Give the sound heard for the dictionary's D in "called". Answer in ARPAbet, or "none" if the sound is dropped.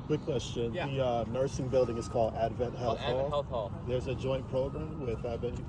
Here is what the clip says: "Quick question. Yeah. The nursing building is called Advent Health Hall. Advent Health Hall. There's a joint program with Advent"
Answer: D